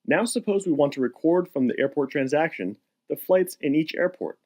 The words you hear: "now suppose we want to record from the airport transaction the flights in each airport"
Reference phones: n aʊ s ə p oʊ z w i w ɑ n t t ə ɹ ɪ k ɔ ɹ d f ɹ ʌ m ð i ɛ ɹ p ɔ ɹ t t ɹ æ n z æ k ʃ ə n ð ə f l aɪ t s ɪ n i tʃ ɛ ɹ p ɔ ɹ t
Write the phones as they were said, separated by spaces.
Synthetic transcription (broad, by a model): n aʊ s ə p oʊ z w i w ɑ n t t ə ɹ ɪ k ɔ ɹ d f ɹ ʌ m ð i ɛ ɹ p ɔ ɹ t t ɹ æ n z æ k ʃ ə n ð ə f l aɪ t s ɪ n i tʃ ɛ ɹ p ɔ ɹ t